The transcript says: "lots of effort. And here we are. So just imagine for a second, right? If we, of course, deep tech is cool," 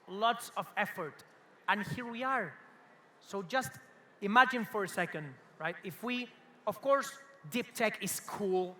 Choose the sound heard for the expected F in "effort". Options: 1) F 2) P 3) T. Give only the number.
1